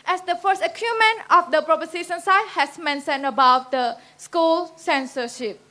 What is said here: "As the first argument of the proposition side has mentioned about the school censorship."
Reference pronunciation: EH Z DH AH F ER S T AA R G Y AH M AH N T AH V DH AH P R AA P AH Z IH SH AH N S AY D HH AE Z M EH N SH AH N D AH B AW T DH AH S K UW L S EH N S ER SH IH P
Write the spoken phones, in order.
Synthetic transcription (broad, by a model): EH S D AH F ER S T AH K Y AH M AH N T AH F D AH P R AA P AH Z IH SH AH N S AY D HH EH S M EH N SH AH N AH B AW T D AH S K UW L S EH N S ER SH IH P